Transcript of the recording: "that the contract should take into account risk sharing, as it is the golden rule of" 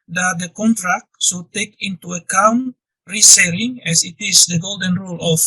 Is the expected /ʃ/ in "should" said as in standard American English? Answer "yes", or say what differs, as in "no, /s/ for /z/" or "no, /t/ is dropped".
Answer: no, /s/ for /ʃ/